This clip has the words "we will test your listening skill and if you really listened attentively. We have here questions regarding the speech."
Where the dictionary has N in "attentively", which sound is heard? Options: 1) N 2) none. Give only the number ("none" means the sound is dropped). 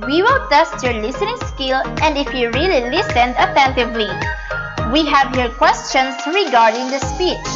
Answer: 1